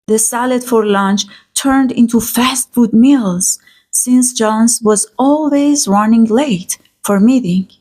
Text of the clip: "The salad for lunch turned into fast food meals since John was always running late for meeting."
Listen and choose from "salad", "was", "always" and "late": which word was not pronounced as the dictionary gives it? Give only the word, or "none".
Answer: none